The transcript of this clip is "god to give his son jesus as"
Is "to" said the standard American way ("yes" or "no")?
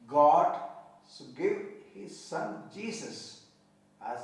no